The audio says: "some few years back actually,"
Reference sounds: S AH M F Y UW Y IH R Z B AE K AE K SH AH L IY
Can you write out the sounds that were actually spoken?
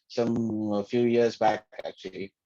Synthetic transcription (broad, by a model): S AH M F Y UW Y IH R Z B AE K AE K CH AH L IY